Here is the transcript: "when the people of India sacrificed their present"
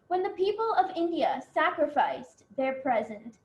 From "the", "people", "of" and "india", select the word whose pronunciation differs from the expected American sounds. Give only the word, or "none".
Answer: none